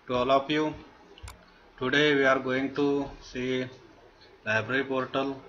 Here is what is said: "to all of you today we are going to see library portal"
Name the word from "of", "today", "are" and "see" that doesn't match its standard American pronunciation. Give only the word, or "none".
of